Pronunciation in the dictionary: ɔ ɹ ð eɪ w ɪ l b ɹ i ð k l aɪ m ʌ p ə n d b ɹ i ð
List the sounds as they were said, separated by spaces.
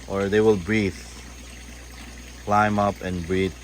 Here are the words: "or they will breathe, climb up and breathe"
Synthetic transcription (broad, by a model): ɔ ɹ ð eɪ w ɪ l b ɹ i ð k l aɪ m ʌ p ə n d b ɹ i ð